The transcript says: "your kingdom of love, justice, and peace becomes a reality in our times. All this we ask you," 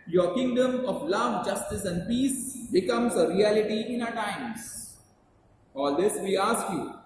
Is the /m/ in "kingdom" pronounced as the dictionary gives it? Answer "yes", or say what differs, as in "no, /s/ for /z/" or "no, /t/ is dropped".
yes